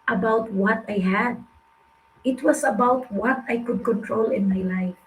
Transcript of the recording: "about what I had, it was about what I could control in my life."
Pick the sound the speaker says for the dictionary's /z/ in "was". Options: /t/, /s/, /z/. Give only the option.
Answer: /s/